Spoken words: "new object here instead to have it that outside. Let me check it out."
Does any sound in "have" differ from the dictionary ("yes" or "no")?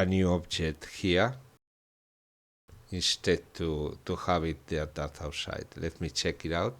yes